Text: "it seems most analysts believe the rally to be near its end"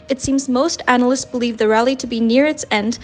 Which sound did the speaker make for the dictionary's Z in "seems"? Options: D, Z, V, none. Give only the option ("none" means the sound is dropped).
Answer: Z